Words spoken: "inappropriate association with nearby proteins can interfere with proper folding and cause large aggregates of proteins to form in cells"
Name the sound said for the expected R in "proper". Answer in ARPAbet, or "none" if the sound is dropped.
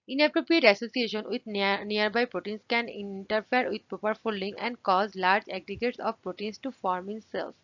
none